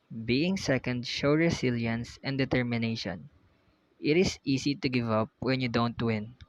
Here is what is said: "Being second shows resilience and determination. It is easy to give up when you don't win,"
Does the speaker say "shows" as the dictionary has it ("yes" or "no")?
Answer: no